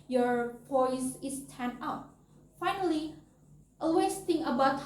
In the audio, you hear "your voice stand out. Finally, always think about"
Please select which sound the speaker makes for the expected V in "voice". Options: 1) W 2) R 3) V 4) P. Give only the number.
4